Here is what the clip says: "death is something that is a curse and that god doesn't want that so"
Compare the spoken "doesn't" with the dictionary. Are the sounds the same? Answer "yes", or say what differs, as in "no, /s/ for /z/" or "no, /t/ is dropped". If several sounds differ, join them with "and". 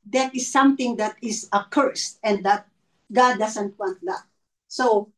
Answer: no, /s/ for /z/